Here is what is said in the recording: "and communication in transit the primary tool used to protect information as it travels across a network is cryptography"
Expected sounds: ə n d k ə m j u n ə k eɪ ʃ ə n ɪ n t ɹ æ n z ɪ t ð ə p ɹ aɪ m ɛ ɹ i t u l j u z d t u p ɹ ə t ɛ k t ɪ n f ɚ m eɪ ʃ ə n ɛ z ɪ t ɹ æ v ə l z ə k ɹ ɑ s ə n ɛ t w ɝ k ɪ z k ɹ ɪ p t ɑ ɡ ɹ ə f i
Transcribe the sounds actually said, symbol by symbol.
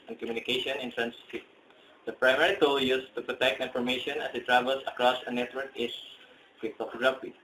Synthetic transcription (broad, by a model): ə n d k ə m j u n ə k eɪ ʃ ə n ɪ n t ɹ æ n s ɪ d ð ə p ɹ aɪ m ɛ ɹ i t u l j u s t u p ɹ ə t ɛ k t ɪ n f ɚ m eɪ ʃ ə n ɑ s ɪ t ɹ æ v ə l s ə k ɹ ɑ s ə n ɛ t w ɝ k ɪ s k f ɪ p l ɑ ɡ ɹ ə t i